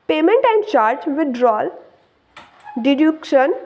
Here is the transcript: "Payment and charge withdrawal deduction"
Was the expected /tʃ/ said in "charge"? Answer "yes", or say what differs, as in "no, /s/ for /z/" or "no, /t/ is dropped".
yes